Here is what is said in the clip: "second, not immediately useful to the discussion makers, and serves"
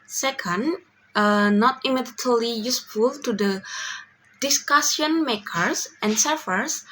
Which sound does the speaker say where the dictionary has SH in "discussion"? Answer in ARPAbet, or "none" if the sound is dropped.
S